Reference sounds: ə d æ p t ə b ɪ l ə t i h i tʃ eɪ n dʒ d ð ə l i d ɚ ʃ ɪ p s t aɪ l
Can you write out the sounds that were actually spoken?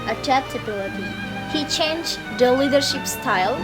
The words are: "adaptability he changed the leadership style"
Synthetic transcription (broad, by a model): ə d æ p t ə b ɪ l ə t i h i tʃ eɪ n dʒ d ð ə l i d ɚ ʃ ɪ p s t aɪ l